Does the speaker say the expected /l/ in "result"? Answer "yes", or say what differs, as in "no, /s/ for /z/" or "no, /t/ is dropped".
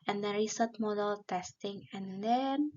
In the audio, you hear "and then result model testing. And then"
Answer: no, /l/ is dropped